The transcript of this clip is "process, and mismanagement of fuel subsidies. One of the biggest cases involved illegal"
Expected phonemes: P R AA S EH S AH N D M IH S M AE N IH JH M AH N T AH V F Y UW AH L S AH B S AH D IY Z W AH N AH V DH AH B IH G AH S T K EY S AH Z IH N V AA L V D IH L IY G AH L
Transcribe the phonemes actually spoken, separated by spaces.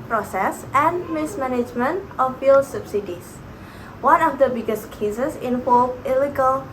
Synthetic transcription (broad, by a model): P R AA S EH S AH N M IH S M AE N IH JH M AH N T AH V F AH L S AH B S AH D IY S W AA N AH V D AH B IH G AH S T K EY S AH S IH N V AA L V IH L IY G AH L